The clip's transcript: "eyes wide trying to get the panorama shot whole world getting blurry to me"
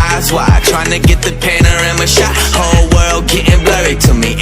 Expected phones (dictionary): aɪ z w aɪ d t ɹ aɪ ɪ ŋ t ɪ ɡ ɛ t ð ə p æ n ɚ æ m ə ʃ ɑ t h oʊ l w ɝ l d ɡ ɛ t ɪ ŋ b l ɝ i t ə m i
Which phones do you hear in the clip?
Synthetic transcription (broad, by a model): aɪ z w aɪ t ɹ aɪ ɪ ŋ t ɪ ɡ ɛ t ð ə p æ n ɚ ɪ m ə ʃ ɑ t h oʊ l w ɝ l d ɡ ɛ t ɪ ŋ b l ɝ i t ə m i